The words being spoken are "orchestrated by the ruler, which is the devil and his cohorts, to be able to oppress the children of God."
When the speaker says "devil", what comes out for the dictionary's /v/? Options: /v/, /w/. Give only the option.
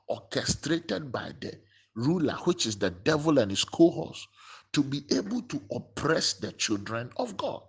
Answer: /v/